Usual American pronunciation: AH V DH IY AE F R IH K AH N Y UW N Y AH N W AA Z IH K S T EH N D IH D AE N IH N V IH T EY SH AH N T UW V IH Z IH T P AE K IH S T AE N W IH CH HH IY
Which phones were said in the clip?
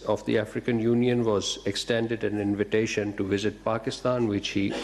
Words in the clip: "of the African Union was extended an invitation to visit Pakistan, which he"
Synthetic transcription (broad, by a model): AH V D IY AE F R IH K AH N Y UW N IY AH N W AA Z IH K S T EH N D IH D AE N IH N V IH T EY SH AH N T UW V IH Z IH T P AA K IH S T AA N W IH CH HH IY